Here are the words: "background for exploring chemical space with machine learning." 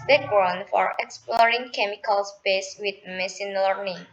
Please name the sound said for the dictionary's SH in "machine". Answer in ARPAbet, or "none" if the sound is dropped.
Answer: S